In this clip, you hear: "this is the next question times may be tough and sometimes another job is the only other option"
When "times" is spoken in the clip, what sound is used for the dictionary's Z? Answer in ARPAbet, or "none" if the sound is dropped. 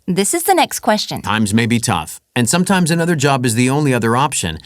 Z